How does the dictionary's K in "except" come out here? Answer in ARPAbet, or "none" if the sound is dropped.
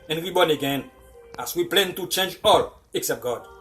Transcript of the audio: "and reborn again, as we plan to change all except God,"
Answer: K